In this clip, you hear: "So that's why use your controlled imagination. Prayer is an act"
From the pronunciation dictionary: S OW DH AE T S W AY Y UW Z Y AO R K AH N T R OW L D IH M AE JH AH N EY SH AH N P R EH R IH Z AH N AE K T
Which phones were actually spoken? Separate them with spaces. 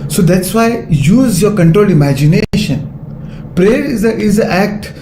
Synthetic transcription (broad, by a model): S OW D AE T S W AY Y UW Z Y AO R K AH N T R OW L D IH M AE JH AH N EY SH AH N P R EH R IH Z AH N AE K T